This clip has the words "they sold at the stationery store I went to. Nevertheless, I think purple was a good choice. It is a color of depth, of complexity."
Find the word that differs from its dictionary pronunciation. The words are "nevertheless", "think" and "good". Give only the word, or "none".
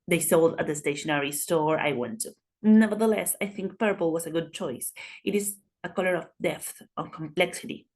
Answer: none